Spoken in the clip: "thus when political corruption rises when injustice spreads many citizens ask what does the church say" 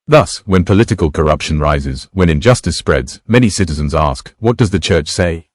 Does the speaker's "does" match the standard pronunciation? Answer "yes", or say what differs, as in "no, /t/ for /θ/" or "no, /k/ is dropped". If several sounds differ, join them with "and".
yes